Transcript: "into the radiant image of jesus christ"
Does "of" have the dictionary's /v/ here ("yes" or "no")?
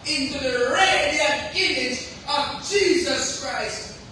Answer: yes